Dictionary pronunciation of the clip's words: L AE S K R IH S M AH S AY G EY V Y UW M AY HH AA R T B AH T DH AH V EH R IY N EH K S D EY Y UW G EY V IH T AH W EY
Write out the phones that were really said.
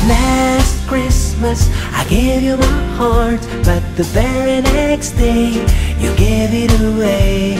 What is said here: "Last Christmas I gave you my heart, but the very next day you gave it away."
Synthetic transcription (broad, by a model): L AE S K R IH S M AH S AY G EY V Y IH M AY HH AA R T B AH T DH AH B EH R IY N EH K S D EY Y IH G EY V IH T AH W EY